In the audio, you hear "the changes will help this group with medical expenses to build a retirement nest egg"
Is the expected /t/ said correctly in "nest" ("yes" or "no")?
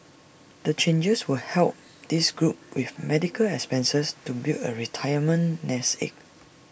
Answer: no